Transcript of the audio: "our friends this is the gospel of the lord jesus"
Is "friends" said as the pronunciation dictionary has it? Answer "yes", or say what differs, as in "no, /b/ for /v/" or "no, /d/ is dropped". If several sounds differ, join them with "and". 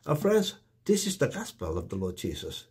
yes